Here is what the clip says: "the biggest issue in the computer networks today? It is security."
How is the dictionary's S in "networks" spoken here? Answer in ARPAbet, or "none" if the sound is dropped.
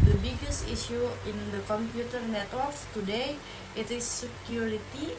none